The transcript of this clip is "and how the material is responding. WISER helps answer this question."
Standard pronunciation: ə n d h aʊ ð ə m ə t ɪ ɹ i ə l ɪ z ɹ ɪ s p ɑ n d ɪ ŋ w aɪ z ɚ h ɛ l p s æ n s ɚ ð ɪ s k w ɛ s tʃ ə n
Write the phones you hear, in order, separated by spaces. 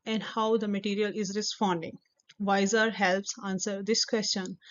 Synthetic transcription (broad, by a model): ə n d h aʊ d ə m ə t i ɹ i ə l ɪ z ɹ ɪ s p ɑ n d ɪ ŋ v aɪ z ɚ h ɛ l p s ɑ n s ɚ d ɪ s k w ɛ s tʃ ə n